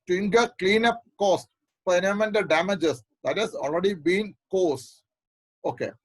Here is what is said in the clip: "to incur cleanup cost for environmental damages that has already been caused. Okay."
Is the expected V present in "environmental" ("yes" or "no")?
no